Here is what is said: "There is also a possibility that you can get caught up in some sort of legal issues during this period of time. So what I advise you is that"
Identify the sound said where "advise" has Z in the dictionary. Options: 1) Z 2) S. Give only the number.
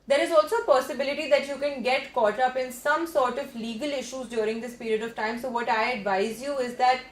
1